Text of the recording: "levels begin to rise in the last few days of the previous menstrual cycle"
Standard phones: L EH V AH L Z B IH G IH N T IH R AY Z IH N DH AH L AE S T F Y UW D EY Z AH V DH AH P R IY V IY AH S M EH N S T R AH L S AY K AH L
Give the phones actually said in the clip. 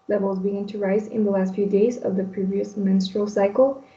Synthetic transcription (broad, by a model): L EH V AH L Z B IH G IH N T IH R AY Z IH N DH AH L AE S T F Y UW D EY Z AH V DH AH P R IY V IY AH S M EH N S T R AH L S AY K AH L